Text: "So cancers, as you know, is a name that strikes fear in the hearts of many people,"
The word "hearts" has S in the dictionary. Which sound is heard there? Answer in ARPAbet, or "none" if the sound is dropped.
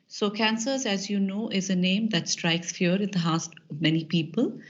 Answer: none